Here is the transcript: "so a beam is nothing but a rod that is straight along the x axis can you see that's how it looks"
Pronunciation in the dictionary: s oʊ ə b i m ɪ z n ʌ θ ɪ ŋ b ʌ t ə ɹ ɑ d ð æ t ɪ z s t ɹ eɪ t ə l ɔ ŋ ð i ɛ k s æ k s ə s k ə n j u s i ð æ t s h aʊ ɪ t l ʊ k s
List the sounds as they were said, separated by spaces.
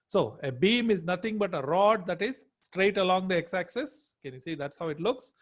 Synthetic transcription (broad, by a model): s oʊ ə b i m ɪ z n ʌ t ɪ ŋ b ʌ t ə ɹ ɑ d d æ t ɪ z s t ɹ eɪ t ə l ɔ ŋ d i ɛ k s æ k s ə s k ə n j u s i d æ t s h aʊ ɪ t l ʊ k s